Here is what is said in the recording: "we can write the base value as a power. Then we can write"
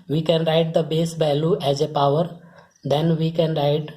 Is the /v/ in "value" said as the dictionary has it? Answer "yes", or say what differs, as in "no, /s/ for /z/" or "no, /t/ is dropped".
no, /b/ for /v/